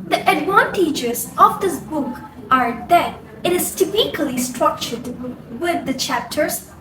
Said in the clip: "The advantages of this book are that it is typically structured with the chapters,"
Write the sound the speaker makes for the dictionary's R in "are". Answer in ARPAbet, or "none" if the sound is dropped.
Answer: R